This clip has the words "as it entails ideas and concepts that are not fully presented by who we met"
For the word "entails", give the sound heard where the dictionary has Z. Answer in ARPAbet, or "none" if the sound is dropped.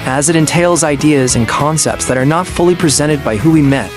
Z